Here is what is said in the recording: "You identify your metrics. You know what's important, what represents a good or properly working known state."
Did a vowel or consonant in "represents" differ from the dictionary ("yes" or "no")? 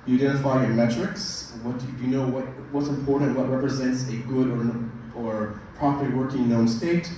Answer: no